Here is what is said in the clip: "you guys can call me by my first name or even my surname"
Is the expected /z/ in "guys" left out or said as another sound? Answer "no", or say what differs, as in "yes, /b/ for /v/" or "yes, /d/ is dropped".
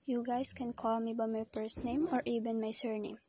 yes, /s/ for /z/